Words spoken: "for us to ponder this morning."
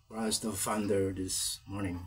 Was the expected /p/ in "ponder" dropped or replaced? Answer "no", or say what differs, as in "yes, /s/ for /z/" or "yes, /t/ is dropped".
yes, /f/ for /p/